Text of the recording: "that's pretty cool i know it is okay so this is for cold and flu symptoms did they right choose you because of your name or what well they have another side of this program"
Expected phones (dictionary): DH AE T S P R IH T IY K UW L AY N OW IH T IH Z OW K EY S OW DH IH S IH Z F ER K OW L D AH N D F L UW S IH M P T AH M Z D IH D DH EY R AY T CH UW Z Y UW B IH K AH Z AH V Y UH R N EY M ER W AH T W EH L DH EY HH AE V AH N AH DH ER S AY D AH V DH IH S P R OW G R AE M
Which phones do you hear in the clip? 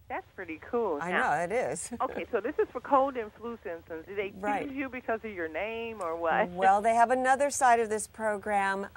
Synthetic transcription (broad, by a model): DH AE T S P R IH T IY K UW L AY N OW IH T IH Z OW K EY S OW DH IH S IH Z F ER K OW L D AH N F L UW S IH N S T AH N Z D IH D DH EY R AY T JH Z Y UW B IH K AH Z AH V Y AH R N EY M ER W AH T W EH L DH EY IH V AH N AH DH ER S AY D AH V DH IH S P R OW G R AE M